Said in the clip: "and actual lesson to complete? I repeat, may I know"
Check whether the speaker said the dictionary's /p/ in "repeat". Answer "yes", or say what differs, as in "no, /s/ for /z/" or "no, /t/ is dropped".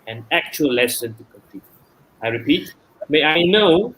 yes